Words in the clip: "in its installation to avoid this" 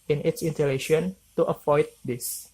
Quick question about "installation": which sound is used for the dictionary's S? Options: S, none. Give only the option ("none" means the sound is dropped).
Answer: none